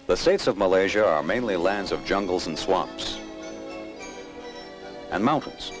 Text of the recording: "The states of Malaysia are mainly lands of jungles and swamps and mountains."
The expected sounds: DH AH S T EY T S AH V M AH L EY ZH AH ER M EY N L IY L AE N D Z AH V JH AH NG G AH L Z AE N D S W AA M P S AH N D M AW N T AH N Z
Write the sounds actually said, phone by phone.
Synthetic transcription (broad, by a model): DH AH S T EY T S AH V M AH L EY ZH AH ER M EY N L IY L AE N D Z AH V JH AH NG G L Z N S W AA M P S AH N M AW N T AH N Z